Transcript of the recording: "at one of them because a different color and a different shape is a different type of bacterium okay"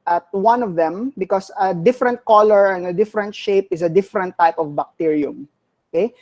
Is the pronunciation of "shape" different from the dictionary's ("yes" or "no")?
no